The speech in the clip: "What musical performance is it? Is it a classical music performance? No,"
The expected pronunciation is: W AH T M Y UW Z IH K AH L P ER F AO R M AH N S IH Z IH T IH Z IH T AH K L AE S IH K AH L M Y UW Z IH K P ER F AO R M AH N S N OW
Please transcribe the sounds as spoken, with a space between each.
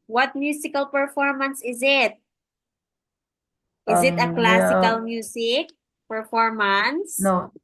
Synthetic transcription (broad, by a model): W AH T M Y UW S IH K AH L P ER F AO R M AH N S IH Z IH T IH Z IH T AH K L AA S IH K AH L M Y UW S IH K P ER F AO R M AH N S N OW